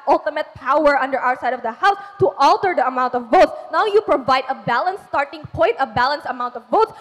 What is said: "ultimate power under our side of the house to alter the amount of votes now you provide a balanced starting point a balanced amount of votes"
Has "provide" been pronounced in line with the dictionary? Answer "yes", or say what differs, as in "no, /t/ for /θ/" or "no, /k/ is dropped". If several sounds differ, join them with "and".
yes